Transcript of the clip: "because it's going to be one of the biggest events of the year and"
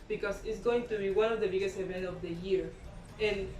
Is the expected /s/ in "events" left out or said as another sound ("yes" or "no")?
yes